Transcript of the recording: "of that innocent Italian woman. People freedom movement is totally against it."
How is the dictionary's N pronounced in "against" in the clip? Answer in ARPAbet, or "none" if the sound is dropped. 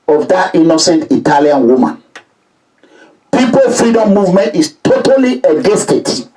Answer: none